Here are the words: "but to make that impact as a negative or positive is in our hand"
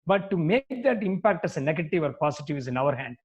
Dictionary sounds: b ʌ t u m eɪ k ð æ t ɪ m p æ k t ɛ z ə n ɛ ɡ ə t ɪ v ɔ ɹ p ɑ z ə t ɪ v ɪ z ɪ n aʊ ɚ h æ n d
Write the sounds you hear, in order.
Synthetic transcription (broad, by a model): b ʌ t u m eɪ k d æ t ɪ m p æ k t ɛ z ə n ɛ ɡ ə t ɪ v ɔ ɹ p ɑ s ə t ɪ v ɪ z ɪ n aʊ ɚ h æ n d